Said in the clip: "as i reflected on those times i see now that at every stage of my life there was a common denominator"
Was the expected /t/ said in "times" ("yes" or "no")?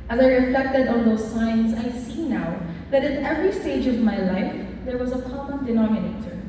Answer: no